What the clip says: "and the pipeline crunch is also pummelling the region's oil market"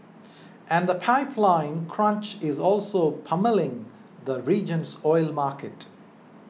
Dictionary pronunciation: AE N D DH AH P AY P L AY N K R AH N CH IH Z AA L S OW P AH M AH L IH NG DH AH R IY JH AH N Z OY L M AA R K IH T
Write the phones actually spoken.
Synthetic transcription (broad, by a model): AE N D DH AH P AY P L AY N K R AH N CH IH Z AA L S OW P AH M AH L IH NG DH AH R IY JH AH N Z OY L M AA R K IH T